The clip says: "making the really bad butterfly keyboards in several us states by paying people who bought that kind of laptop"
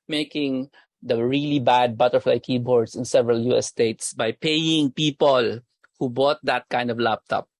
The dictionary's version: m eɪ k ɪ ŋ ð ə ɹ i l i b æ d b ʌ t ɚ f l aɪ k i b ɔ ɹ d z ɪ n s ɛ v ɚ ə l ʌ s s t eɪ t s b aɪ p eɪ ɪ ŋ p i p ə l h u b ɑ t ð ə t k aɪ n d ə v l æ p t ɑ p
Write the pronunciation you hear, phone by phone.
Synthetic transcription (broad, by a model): m eɪ k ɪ ŋ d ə ɹ i l i b æ d b ʌ t ɚ f l aɪ k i b ɔ ɹ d s ɪ n s ɛ v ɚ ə l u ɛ s t eɪ t s b aɪ p eɪ ɪ ŋ p i p ə l h u b ɑ t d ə t k aɪ n d ə v l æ p t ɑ p